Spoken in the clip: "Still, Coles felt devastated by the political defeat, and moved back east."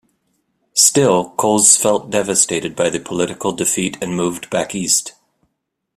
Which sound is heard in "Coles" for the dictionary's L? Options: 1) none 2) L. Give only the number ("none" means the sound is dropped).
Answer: 1